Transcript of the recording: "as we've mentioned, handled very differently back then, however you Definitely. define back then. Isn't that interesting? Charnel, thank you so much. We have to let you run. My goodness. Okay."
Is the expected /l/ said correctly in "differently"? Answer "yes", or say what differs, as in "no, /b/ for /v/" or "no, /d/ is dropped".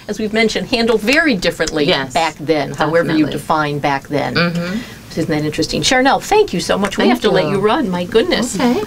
yes